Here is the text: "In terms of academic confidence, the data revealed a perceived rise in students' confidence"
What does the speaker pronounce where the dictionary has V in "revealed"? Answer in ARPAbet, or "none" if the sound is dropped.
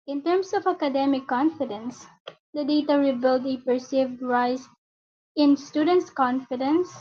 B